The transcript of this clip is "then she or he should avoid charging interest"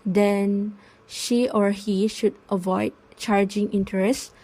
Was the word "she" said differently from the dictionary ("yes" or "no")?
no